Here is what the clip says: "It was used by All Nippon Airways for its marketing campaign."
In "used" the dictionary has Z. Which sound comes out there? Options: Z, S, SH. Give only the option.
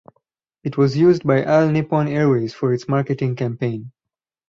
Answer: Z